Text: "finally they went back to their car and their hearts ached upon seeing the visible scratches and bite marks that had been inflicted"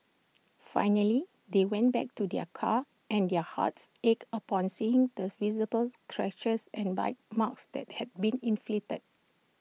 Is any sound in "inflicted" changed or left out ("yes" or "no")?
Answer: yes